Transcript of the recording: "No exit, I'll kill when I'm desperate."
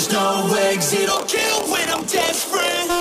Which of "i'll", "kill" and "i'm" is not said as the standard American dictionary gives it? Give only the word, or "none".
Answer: i'll